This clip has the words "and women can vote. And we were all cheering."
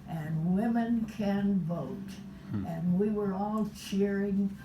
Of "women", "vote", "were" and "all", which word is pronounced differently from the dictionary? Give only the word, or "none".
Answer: none